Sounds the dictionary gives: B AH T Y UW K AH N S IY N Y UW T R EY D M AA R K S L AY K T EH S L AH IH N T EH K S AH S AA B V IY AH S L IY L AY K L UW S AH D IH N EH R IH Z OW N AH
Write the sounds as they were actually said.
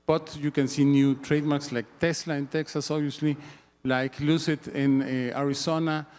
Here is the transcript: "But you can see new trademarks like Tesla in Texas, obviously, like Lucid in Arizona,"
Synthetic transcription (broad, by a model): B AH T Y UW K AH N S IY N Y UW T R EY D M AA R K S L AY K T EH S L AH IH N T EH K S AH S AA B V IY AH S L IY L AY K L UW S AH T IH N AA R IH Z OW N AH